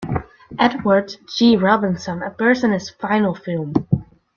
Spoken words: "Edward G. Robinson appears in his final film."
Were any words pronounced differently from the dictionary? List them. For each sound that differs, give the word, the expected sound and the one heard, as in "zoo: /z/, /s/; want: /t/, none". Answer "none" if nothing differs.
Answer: appears: /z/, /s/